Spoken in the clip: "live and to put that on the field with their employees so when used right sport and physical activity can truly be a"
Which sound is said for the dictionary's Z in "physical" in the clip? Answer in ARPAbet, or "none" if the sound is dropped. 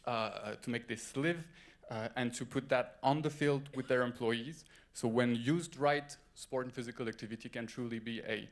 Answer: Z